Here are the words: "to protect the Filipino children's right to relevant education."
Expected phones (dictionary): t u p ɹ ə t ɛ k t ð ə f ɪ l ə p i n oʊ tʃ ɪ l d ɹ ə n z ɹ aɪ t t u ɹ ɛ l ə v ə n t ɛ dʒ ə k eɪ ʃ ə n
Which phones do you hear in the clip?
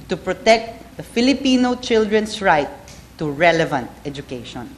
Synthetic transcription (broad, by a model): t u p ɹ ə t ɛ k t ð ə f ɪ l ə p i n oʊ tʃ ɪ l d ɹ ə n s ɹ aɪ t t u ɹ ɛ l ə v ə n t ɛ dʒ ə k eɪ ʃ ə n